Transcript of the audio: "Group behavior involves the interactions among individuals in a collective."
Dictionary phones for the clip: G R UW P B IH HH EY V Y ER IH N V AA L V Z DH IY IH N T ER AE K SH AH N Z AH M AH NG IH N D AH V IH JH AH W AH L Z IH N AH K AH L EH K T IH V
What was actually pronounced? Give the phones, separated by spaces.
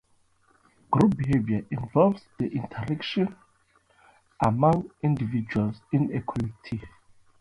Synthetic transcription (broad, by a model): G R UW P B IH HH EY V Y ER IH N V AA L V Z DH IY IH N T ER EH K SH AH N AH M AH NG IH N D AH V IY JH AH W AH L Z IH N AH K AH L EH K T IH